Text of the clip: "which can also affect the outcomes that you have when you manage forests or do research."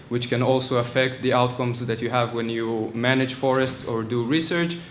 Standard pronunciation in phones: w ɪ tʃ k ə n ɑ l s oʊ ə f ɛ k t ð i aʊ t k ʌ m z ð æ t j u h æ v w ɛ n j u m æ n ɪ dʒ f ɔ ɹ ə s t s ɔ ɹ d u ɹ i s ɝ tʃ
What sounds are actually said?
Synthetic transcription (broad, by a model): w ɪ tʃ k ə n ɑ l s oʊ ə f ɛ k t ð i aʊ t k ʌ m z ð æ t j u h æ v w ɛ n j u m æ n ɪ dʒ f ɔ ɹ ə s t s ɔ ɹ d u ɹ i s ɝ tʃ